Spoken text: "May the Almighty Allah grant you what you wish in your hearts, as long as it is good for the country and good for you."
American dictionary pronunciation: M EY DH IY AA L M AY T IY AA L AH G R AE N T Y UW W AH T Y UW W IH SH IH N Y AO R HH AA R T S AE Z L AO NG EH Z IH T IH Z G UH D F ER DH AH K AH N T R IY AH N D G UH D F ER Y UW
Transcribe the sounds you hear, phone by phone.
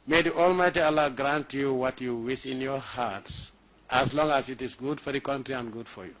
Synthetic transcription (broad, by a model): M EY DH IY AA L M AY T IY AA L AH G R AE N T Y UW W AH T Y UW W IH S IH N Y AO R HH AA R T S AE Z L AO NG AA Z IH T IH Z G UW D F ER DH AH K AH N T R IY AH N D G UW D F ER Y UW